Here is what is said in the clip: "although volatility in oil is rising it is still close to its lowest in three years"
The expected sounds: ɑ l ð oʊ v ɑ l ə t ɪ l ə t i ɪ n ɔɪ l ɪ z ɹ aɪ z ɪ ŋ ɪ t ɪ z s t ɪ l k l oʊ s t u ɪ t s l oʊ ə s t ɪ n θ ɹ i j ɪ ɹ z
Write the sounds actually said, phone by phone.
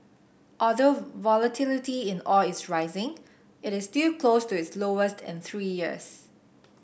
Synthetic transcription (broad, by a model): ɑ l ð oʊ v ɑ l ə t ɪ l ə t i ɪ n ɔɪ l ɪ s ɹ aɪ z ɪ ŋ ɪ t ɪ s t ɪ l k l oʊ s t u ɪ t s l oʊ ə s t ɪ n θ ɹ i j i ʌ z